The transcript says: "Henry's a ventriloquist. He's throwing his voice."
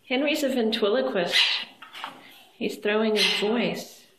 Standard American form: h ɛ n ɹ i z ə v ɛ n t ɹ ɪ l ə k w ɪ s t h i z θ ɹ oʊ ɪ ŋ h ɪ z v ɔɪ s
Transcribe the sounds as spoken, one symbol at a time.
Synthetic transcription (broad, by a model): h ɛ n ɹ i z ə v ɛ n t w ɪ l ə k w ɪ s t h i z θ ɹ oʊ ɪ ŋ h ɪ z v ɔɪ s